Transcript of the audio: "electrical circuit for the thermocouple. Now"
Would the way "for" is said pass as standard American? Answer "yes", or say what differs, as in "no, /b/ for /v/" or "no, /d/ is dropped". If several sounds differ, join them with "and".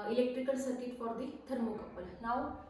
no, /p/ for /f/